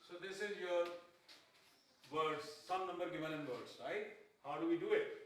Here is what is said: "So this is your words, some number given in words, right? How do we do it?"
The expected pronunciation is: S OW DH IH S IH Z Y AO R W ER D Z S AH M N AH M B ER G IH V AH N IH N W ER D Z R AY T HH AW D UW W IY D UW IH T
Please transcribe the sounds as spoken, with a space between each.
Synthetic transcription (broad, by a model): S OW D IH S IH Z Y AO R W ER D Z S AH M N AH M B ER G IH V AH L IH N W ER D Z R AY T HH AW D UW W IY D UW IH T